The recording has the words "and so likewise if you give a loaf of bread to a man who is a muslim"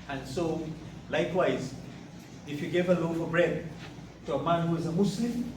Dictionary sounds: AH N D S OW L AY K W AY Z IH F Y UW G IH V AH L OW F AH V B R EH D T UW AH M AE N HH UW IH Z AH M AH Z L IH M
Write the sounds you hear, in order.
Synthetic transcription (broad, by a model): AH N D S OW L AY K W AY Z IH F Y UW G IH V AH L OW F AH B R EH D T UW AH M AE N HH UW IH Z AH M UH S L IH M